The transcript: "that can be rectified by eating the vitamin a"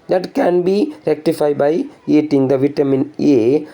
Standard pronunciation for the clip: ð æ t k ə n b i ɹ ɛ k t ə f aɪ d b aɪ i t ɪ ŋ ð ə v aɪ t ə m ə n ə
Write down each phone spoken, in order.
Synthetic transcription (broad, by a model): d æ t k ə n b i ɹ ɛ k t ə f aɪ d b aɪ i t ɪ ŋ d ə v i t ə m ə n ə